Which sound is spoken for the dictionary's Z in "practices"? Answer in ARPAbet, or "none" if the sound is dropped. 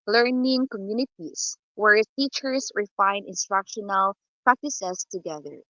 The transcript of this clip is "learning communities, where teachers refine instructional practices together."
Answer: S